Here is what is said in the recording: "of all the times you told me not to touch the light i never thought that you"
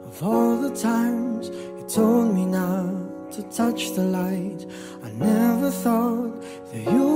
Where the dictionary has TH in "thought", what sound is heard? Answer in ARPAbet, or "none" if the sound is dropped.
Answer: TH